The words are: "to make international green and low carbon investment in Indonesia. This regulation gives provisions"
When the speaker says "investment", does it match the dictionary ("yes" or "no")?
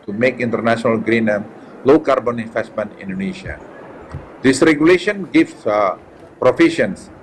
no